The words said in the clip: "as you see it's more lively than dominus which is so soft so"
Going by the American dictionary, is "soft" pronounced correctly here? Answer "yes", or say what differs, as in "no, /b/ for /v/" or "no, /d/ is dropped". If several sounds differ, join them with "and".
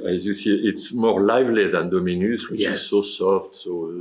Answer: yes